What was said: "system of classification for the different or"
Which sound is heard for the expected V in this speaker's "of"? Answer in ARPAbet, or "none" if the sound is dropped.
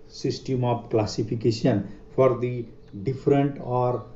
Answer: P